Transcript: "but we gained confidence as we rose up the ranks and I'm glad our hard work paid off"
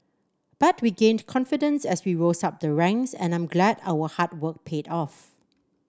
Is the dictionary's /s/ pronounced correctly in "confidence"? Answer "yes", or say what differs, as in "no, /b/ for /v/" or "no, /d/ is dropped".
yes